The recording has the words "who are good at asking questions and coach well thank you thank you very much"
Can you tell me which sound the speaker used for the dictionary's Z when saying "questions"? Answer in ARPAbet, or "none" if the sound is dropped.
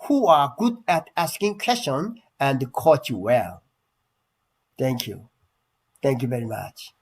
none